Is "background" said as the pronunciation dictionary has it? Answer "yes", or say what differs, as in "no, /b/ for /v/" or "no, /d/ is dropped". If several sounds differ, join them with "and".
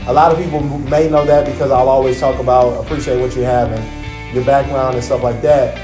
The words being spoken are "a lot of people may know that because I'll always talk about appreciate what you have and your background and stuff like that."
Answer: yes